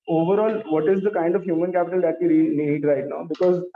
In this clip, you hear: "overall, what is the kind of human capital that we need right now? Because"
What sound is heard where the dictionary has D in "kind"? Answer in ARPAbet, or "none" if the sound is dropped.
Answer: D